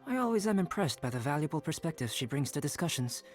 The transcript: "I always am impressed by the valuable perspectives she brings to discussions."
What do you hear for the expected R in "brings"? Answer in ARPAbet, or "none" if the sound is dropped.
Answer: R